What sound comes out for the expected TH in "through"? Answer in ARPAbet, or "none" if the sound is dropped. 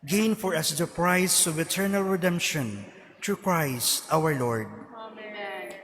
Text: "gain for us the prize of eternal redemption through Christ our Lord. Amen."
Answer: T